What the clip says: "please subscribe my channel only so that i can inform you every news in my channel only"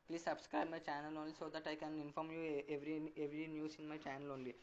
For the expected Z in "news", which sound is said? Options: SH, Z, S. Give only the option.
S